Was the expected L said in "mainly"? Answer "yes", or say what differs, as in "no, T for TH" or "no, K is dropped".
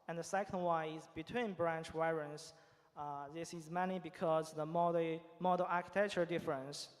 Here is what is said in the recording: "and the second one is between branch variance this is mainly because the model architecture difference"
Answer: no, L is dropped